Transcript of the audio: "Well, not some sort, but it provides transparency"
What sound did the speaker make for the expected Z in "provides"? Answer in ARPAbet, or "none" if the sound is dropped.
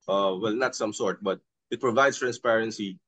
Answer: S